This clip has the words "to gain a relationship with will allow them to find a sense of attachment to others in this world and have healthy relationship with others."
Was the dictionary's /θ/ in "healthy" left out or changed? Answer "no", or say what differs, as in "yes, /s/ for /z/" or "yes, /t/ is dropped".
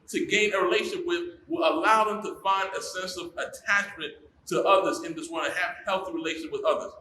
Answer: no